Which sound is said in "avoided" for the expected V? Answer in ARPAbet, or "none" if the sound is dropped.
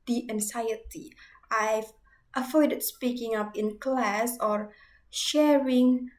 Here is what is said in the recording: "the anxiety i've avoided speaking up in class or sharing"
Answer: F